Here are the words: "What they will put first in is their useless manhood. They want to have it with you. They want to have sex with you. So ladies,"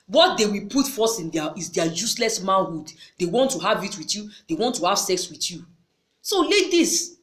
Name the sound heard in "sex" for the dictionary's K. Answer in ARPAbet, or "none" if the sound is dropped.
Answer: K